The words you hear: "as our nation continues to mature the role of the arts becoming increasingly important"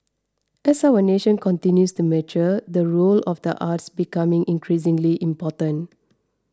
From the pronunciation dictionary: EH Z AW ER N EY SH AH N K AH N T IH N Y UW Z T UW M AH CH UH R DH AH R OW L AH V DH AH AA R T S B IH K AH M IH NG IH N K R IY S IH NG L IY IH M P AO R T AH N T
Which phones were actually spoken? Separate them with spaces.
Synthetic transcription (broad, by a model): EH S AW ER N EY SH AH N K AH N T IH N Y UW S T UW M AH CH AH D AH R OW L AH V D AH AA T S B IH K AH M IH NG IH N K R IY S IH NG L IY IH M P AO T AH N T